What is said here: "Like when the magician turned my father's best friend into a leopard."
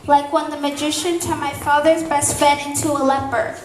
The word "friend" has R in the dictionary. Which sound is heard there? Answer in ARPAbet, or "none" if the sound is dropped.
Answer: none